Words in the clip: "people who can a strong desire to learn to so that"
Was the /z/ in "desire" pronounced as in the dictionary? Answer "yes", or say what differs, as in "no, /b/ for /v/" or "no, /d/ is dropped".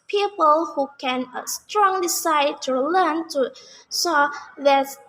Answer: no, /s/ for /z/